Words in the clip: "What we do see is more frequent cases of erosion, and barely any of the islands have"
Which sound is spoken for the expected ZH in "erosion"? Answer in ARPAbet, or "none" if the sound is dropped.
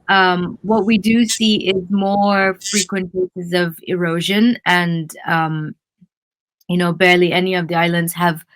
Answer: ZH